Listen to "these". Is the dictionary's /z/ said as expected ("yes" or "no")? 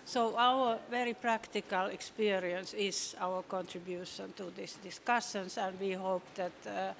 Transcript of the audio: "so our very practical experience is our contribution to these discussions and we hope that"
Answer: no